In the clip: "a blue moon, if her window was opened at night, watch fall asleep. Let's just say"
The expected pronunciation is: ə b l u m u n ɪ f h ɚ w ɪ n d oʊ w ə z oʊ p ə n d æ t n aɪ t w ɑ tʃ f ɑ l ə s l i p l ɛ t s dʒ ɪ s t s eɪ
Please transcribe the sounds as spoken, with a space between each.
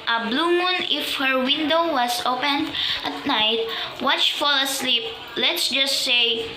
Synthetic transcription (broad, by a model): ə b l u m u n ɪ f h ɚ w ɪ n d oʊ w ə s oʊ p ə n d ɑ t n aɪ t w ɑ tʃ f ɑ l ə s l i p l ɛ t s dʒ ɪ s t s eɪ